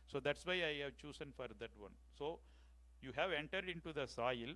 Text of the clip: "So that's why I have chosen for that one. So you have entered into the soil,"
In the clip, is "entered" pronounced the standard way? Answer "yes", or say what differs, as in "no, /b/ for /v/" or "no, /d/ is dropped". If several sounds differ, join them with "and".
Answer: yes